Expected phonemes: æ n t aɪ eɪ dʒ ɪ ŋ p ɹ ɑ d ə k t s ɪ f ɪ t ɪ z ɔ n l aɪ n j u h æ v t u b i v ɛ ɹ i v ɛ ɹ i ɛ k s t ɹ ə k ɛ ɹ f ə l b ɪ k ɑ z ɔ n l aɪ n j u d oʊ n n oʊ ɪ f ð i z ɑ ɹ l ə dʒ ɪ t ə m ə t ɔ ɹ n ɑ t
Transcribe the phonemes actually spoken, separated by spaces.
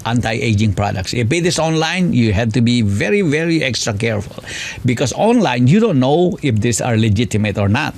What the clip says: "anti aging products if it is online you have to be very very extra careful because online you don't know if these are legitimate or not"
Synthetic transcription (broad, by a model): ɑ n t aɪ eɪ dʒ ɪ ŋ p ɹ ɑ d ə k t s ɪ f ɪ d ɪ s ɔ n l aɪ n j u h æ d t u b i v ɛ ɹ i v ɛ ɹ i ɛ k s t ɹ ə k ɛ ɹ f ə l b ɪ k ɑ s ɔ n l aɪ n j u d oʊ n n oʊ ɪ f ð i s ɑ ɹ l ə dʒ ɪ t ə m ə t ɔ ɹ n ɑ t